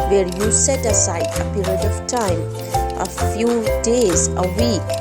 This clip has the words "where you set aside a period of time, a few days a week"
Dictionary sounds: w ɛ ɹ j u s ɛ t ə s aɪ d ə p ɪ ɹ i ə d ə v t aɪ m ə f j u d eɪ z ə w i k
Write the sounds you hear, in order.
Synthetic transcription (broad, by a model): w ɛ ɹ j u s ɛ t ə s aɪ ə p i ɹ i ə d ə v t aɪ m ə f j u d eɪ z ə w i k